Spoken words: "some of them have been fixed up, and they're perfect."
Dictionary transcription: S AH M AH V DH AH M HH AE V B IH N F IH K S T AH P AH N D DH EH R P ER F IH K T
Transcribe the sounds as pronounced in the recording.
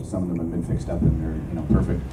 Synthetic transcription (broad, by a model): S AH M AH V DH AH M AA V B IH N F IH K S T AH P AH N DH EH R P ER F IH K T